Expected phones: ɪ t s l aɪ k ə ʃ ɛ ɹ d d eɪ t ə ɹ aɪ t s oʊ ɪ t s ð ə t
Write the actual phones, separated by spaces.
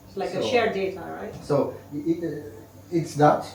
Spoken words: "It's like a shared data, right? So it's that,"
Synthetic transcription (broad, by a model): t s l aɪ ə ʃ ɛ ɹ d d eɪ t ə ɹ aɪ t s oʊ ɪ t s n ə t